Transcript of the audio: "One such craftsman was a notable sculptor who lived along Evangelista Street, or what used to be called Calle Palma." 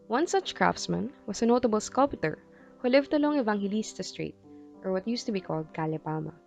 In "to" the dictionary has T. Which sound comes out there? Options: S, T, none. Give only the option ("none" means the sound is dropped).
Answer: T